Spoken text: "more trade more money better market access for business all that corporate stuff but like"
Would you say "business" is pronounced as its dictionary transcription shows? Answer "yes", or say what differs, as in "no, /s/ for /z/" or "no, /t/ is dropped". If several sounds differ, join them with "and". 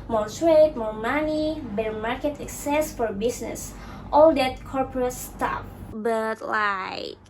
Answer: no, /s/ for /z/